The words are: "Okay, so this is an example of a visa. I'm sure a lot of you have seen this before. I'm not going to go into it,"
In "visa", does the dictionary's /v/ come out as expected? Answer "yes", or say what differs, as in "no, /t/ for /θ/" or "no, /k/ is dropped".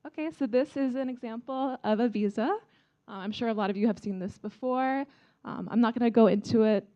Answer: yes